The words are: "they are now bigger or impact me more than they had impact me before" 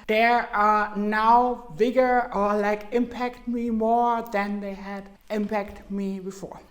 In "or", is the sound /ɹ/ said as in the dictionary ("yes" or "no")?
no